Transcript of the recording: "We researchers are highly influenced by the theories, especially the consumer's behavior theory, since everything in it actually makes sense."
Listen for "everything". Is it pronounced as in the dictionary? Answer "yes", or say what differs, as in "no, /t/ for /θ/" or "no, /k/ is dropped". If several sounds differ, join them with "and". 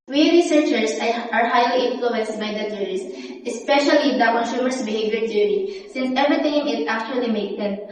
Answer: no, /t/ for /θ/